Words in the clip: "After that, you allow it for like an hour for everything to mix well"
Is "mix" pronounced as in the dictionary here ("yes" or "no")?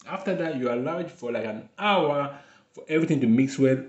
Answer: yes